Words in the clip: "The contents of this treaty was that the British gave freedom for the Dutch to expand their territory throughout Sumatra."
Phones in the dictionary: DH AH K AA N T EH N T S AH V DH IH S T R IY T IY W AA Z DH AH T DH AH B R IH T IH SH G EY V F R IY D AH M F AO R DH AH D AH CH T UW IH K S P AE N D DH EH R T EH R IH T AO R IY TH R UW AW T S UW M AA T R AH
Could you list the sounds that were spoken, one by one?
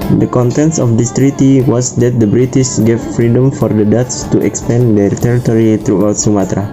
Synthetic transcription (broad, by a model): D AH K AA N T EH N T S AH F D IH S T R IY T IY W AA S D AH T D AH B R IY T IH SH G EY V F R IY D AH M F AO R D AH D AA S T UW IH K S P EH N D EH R T EH R IH T AO R IY T R UW AW T S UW M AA T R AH